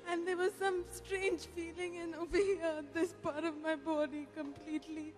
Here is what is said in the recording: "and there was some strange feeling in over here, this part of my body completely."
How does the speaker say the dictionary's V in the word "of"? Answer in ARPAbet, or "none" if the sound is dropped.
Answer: V